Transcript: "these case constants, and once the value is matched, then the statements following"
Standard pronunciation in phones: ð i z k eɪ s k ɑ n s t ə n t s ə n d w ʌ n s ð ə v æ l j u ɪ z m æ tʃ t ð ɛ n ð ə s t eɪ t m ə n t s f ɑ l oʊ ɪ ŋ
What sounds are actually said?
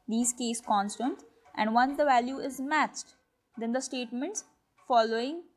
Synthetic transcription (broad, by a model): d i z k eɪ s k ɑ n s t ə n t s ə n d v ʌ n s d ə v æ l j u ɪ z m æ tʃ t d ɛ n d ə s t eɪ t m ə n t s f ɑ l oʊ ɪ ŋ